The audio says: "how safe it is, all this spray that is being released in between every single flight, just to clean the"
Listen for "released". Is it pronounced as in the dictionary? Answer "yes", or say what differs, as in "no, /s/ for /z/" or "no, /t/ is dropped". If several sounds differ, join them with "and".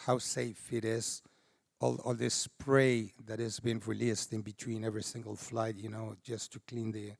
yes